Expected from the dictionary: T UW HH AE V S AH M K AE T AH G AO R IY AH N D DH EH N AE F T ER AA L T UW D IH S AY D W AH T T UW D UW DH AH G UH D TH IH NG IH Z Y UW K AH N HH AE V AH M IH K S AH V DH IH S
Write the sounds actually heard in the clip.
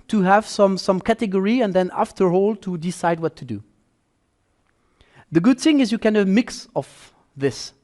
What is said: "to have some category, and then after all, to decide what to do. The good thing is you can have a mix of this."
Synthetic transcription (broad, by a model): T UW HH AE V S AH M K AE T AH G AO R IY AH N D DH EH N AE F T ER AA L T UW D IH S AY D W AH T T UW D UW DH AH G UH D TH IH NG IH Z Y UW K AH N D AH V M IH K S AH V DH IH S